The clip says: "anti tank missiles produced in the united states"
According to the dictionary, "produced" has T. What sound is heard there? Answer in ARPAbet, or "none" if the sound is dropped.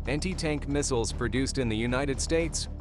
T